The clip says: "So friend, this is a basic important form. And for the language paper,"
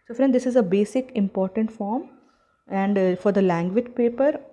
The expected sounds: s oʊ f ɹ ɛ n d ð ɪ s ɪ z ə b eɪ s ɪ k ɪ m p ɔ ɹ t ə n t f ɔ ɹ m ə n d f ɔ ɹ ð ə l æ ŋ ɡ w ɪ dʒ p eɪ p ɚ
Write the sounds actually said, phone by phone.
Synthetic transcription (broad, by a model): s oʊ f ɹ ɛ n d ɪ s ɪ z ə b eɪ s ɪ k ɪ m p ɔ ɹ t ə n t f ɔ ɹ m ə n d f ɔ ɹ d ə l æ ŋ ɡ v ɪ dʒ p eɪ p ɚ